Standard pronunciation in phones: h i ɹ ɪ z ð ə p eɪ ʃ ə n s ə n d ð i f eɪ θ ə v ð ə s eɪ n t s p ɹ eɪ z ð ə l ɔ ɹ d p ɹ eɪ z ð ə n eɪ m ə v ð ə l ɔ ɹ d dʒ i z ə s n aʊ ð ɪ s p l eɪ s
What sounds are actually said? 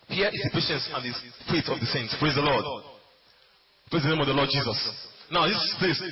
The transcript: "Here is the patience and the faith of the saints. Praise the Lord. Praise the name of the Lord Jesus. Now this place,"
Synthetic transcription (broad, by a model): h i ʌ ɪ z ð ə p eɪ ʃ ə n s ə n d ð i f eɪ t ə v ð ə s eɪ n t s p ɹ eɪ z ð ə l ɔ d p ɹ eɪ z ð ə n eɪ m ə v ð ə l ɔ d dʒ i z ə s n aʊ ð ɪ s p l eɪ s